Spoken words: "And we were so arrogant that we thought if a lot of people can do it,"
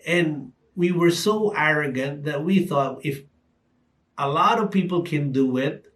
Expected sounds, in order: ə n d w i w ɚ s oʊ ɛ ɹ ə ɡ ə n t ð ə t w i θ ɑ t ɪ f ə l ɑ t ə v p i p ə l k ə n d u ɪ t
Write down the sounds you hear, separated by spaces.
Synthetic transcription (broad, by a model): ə n w i w ɚ s oʊ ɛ ɹ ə ɡ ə n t ð ə t w i θ ɑ t ɪ f ə l ɑ t ə v p i p l k ə n d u ɪ t